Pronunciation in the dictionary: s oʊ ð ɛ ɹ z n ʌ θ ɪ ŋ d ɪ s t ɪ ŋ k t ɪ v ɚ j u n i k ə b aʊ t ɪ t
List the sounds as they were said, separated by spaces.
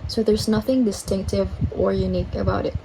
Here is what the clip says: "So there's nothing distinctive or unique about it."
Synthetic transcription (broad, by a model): s oʊ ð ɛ ɹ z n ʌ θ ɪ ŋ d ɪ s t ɪ ŋ k t ɪ v ɚ j u n i k ə b aʊ t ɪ t